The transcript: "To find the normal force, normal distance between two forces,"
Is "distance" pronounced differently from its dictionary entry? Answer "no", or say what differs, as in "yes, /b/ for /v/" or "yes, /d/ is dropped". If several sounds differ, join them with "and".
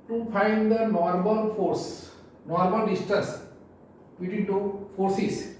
yes, /n/ is dropped